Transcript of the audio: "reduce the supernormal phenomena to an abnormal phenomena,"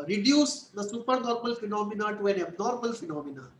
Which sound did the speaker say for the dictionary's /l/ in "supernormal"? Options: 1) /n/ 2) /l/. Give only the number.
2